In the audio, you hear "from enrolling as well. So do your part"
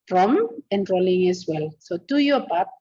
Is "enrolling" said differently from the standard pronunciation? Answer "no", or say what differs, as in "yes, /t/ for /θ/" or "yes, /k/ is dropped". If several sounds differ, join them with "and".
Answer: no